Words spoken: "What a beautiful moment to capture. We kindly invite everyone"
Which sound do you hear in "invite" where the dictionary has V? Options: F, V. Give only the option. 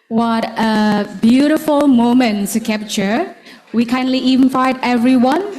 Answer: F